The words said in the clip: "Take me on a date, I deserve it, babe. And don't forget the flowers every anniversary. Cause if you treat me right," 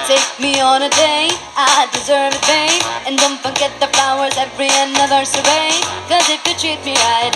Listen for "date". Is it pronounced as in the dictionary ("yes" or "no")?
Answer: no